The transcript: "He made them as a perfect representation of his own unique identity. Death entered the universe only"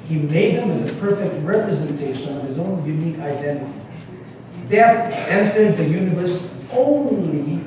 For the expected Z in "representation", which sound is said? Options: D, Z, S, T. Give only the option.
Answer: Z